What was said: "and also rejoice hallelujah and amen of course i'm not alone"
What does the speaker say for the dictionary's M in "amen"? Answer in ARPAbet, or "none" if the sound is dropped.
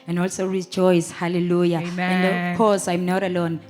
none